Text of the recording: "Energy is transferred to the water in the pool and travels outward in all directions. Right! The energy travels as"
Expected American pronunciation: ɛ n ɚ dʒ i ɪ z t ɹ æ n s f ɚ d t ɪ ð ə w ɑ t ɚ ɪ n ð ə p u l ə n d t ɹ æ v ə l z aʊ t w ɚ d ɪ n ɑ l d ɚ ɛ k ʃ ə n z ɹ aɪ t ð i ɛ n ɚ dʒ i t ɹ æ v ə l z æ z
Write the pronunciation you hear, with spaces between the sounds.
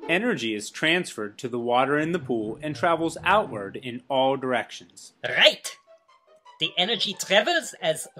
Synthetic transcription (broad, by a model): ɛ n ɚ dʒ i ɪ z t ɹ æ n s f ɚ d t ɪ ð ə w ɑ t ɚ ɪ n ð ə p u l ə n t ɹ æ v l z aʊ t w ɚ d ɪ n ɑ l d ɚ ɛ k ʃ ə n z ɹ aɪ t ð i ɛ n ɚ dʒ i t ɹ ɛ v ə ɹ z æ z